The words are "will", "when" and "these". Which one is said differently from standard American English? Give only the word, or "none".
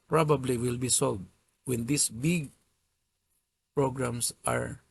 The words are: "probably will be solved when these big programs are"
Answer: these